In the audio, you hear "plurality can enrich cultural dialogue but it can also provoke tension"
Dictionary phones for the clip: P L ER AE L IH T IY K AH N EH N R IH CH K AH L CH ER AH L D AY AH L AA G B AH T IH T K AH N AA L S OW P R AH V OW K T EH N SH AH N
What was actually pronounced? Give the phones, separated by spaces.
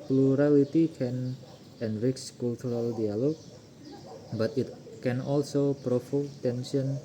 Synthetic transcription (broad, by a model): P L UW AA L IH T IY K AH N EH N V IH S K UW L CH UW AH L D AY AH L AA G B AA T IH T K AH N AA L S OW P R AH F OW T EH N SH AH N